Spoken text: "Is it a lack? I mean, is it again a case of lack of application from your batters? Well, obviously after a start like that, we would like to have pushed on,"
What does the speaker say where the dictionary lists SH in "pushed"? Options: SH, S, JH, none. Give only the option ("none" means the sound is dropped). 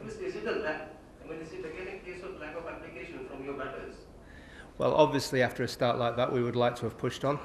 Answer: SH